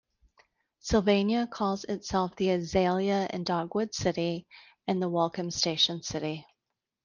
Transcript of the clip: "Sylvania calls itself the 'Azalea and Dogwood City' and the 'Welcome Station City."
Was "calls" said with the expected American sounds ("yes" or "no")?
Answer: yes